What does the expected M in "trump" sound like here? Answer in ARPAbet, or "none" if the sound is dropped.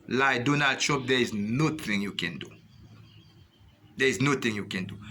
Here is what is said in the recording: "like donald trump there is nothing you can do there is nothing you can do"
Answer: none